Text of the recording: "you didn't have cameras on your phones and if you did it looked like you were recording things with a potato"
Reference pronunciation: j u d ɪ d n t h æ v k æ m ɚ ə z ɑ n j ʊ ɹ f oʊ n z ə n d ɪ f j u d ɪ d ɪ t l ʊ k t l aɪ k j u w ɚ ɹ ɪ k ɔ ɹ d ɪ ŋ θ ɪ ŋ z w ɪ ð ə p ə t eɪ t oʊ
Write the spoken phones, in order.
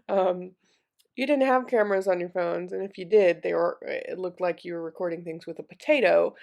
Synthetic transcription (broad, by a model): j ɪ d ɪ d n t h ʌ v k æ m ɚ ə z n j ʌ ɹ f oʊ n z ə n ɪ f j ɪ d ɪ d ɪ t l ʊ k t l aɪ k j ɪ w ɚ ɹ ɪ k ɔ ɹ d ɪ ŋ θ ɪ ŋ z w ɪ ð ə p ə t eɪ t oʊ